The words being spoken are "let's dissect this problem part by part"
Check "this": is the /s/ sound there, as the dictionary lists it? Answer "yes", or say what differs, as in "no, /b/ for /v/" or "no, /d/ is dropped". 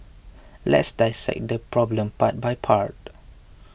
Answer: no, /s/ is dropped